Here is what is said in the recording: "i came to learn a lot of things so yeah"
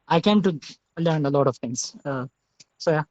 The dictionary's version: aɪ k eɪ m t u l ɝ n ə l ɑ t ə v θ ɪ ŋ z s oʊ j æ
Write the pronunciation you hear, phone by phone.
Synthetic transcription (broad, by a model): aɪ k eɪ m t u l ɝ n ə l ɑ t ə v t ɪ ŋ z s oʊ j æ